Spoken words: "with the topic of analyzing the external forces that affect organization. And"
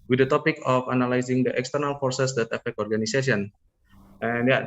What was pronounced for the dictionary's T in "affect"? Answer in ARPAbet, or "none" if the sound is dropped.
none